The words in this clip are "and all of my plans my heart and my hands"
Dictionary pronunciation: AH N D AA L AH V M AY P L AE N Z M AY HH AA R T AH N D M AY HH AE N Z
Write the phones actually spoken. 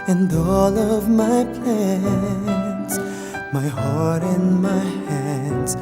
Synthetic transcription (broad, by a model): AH N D AA L AH V M AY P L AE N S M AY HH AA R T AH N M AY HH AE N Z